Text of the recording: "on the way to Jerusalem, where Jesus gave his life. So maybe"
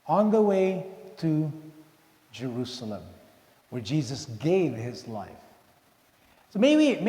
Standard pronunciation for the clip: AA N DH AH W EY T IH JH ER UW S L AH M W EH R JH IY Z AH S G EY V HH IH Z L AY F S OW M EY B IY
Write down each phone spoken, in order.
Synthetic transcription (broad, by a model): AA N DH AH W EY T IH JH ER UW S L AH M W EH R JH IY Z AH S G EY V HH IH Z L AY F S OW M EY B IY